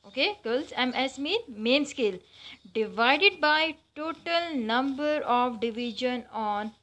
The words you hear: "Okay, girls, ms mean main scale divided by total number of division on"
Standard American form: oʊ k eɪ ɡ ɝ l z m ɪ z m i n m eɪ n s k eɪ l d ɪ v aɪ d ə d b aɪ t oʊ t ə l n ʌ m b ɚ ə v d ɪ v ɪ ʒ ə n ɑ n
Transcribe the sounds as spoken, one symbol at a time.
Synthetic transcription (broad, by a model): oʊ k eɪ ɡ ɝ l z m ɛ s m i n m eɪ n s k eɪ l d ɪ v aɪ d ə d b aɪ t oʊ t ə l n ʌ m b ɚ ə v d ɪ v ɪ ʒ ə n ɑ n